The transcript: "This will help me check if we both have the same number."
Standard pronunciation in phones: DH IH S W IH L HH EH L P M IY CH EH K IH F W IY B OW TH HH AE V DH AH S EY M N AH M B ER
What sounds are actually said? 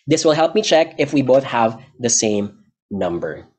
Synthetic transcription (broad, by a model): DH IH S W IH L HH EH L P M IY CH EH K IH F W IY B OW TH HH AE V DH AH S EY M N AH M B ER